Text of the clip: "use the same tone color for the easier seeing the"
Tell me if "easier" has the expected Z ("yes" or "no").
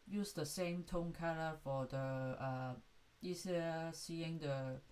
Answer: no